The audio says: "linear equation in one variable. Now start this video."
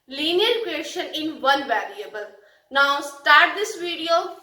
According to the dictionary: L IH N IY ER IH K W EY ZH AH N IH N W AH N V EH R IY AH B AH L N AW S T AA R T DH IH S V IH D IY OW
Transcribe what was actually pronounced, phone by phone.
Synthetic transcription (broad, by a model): L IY N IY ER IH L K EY SH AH N IH N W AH L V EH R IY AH B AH L N AW S T AA R T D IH S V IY D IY OW